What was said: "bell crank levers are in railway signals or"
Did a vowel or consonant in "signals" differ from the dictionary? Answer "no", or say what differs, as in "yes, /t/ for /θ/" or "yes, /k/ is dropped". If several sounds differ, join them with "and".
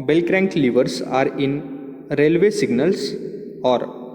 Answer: yes, /s/ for /z/